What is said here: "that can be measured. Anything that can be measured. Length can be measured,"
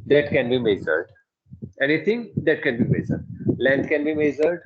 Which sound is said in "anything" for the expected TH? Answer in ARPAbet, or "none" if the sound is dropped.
T